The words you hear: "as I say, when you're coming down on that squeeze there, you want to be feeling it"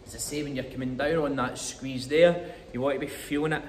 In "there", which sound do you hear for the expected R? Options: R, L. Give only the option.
R